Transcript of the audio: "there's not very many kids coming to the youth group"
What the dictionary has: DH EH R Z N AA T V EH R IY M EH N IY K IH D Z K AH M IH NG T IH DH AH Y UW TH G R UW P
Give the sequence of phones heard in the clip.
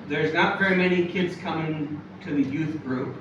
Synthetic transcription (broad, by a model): DH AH R Z N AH T V EH R IY M EH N IY K IH D Z K AH M IH NG T IH DH AH Y UW TH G R UW P